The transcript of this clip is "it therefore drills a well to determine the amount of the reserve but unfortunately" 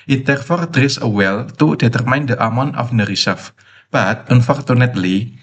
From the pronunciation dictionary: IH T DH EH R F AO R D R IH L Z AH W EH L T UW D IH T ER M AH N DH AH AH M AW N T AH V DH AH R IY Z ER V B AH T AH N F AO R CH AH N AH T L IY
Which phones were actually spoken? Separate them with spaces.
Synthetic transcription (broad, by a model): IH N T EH R F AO R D R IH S AH W EH L T UW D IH T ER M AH N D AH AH M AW N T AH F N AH R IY S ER F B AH T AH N F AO R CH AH N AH T L IY